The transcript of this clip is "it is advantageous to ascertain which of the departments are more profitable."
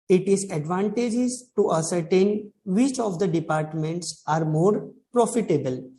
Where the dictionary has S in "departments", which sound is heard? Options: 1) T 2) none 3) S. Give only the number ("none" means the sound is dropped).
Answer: 3